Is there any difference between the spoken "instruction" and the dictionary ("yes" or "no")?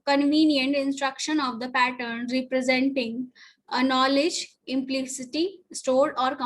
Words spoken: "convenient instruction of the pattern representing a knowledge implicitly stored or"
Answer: no